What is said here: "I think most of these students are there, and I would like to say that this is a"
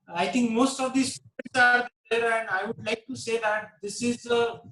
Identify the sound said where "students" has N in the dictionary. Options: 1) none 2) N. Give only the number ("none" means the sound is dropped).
1